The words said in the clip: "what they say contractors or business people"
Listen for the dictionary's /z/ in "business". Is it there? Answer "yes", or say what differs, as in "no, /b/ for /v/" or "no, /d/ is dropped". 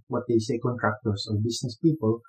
no, /s/ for /z/